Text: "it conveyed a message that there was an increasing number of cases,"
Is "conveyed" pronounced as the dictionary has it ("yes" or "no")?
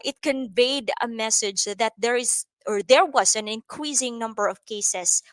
yes